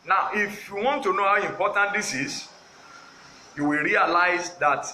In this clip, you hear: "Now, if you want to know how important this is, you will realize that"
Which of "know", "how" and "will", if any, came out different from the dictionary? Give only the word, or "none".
none